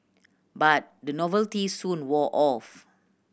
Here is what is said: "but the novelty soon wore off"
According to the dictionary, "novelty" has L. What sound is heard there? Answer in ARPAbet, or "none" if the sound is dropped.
L